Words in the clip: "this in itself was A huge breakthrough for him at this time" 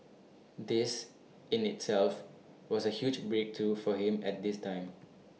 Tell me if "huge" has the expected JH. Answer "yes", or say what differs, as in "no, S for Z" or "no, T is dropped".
yes